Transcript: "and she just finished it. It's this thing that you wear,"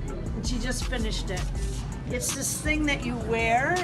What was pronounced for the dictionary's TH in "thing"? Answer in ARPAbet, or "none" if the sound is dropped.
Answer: TH